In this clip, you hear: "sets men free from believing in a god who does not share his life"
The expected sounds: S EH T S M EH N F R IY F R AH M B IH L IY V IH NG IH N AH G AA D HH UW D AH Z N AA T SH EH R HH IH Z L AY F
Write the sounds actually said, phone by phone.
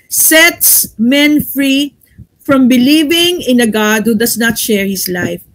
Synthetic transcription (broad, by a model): S EH T S M EH N F R IY F R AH M B IH L IY V IH NG IH N AH G AA D HH UW D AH S N AA T SH EH R HH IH S L AY F